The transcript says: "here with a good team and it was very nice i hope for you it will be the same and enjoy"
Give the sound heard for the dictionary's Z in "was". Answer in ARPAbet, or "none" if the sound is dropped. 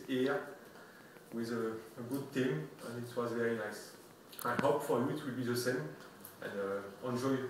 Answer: Z